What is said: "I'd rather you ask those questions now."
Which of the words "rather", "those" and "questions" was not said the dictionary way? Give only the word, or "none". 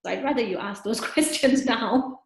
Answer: none